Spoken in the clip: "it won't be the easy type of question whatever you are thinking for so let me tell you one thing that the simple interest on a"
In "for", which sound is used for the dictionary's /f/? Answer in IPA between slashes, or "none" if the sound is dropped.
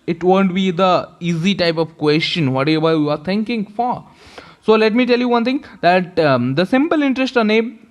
/f/